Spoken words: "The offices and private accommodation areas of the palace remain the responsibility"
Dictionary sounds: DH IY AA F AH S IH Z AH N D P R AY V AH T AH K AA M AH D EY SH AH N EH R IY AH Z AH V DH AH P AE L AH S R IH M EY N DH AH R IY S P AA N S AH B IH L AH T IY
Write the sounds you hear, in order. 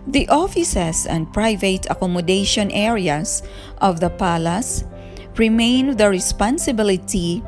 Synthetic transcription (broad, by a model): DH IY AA F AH S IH S AH N D P R AY V AH T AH K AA M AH D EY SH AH N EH R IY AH S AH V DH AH P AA L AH S R IH M EY N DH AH R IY S P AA N S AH B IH L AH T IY